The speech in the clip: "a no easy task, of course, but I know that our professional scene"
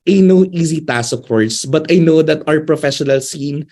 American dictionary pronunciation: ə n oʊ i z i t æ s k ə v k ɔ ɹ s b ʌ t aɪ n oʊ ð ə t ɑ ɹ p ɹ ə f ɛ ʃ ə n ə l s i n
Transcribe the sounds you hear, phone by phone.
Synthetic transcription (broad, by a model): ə n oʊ i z i t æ s ə k ɔ ɹ s b ʌ t aɪ n oʊ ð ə t ɑ ɹ p ɹ ə f ɛ ʃ ə n ə l s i n